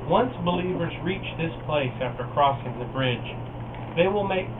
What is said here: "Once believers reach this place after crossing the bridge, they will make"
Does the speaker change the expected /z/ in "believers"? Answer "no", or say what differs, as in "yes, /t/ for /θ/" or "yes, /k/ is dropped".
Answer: no